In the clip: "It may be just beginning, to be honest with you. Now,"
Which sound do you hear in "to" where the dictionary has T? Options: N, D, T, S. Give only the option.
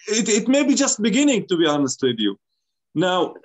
T